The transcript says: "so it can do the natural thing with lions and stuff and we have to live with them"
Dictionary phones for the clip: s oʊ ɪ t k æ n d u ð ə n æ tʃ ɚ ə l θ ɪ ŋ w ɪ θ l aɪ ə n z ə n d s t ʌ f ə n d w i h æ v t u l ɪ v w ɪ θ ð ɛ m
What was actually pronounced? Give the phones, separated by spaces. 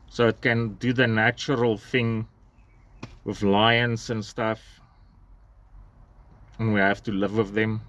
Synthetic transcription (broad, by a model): s oʊ ɪ t k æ n d u ð ə n æ tʃ ɚ ə l θ ɪ ŋ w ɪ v l aɪ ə n s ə n s t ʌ f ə n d w i h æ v t u l ɪ v w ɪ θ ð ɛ m